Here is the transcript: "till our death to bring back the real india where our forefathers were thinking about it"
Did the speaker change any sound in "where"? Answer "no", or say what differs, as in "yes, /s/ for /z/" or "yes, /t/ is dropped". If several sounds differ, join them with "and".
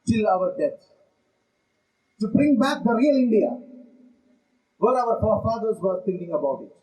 yes, /l/ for /ɹ/